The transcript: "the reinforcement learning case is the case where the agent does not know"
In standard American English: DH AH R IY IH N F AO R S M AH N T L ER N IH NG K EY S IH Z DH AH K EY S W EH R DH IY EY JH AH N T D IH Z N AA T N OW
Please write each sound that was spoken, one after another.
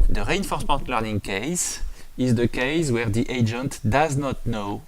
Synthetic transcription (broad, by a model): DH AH R IY IH N F AO R S M AH N T L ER N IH NG K EY S IH Z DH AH K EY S W EH R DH IY EY JH AH N T D IH Z N AA T N OW